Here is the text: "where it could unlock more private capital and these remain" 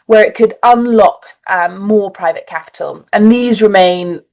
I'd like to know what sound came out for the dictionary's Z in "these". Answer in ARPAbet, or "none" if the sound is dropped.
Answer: Z